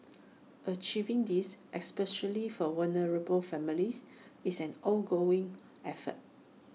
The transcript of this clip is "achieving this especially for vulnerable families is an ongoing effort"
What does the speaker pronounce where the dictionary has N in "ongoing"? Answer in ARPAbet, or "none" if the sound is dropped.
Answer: L